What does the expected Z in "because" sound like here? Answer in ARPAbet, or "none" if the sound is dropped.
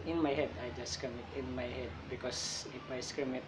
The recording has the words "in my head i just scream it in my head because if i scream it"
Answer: S